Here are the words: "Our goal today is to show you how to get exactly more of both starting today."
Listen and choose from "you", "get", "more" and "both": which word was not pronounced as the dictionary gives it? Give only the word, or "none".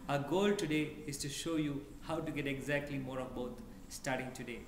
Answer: both